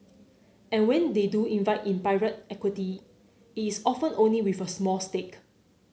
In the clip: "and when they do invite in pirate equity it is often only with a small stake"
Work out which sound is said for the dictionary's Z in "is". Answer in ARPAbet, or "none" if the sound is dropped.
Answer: S